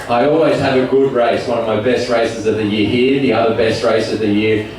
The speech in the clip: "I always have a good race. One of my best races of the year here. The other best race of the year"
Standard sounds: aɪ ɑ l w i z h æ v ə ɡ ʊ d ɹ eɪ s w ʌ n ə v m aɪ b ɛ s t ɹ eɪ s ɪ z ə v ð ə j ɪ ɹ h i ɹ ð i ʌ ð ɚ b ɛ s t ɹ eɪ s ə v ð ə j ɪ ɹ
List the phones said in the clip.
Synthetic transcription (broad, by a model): aɪ ɑ l w i z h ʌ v ə ɡ ʊ d ɹ eɪ s w ʌ n ə v m aɪ b ɛ s t ɹ eɪ s ɪ z ə v ð ə j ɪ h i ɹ ð i ʌ ð ɚ b ɛ s t ɹ eɪ s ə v ð ə j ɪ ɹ